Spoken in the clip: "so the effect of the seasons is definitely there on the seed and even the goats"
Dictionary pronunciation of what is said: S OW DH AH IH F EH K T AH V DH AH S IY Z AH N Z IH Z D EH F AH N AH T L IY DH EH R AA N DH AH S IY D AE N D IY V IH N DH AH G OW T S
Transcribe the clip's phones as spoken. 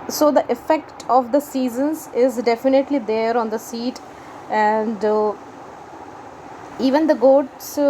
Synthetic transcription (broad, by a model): S OW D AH IH F EH K T AH V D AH S IY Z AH N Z IH Z D EH F AH N AH T L IY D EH R AA N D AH S IY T AE N D IY V IH N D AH G OW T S